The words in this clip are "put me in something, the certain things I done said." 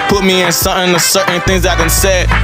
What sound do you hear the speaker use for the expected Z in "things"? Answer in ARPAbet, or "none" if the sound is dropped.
Z